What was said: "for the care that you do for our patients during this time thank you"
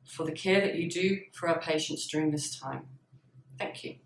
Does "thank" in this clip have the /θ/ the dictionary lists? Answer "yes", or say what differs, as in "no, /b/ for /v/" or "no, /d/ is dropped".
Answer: yes